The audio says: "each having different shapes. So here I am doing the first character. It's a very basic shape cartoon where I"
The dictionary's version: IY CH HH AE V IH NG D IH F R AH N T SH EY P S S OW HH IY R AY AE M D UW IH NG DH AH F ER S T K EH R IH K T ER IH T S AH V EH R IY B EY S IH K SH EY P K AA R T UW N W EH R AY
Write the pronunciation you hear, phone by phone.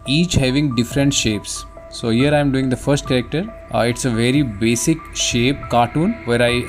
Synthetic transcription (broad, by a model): IY CH HH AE V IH NG D IH F R AH N T SH EY P S S OW HH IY R AY M D UW IH NG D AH F ER S T K EH R IH K T ER IH T S AH V EH R IY B EY S IH K SH EY P K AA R T UW N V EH R AY